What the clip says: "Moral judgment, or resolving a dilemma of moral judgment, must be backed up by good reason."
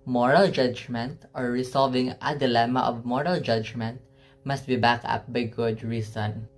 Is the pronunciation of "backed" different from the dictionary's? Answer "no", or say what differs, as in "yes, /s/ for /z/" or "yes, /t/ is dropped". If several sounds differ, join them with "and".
yes, /t/ is dropped